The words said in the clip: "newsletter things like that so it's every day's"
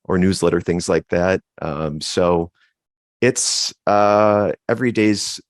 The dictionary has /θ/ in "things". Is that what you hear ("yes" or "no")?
yes